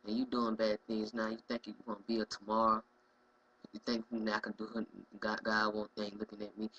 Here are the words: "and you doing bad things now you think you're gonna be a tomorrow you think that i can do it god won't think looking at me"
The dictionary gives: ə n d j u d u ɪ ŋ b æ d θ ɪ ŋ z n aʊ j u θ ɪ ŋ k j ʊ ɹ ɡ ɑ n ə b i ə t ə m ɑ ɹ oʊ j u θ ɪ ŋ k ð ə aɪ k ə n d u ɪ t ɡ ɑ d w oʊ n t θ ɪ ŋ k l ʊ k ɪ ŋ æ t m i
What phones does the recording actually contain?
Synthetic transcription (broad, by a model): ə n j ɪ d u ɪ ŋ b æ d θ ɪ ŋ z n aʊ j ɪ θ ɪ ŋ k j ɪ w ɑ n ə b i ə t ə m ɑ ɹ oʊ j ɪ θ ɪ ŋ k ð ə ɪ k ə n d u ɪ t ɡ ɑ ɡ w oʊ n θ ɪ ŋ l ʊ k ɪ ŋ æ t m i